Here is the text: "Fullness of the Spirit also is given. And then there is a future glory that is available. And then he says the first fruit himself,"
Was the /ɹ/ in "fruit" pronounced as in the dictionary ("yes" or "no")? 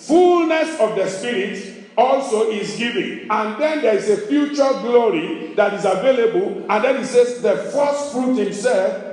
yes